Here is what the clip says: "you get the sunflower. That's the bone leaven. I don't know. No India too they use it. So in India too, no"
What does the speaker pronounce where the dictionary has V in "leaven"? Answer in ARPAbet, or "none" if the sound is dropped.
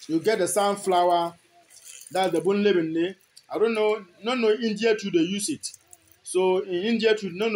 B